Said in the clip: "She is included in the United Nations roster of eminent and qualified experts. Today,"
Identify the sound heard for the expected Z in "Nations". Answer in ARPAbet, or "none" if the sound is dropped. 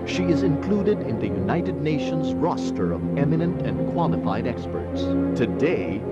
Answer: Z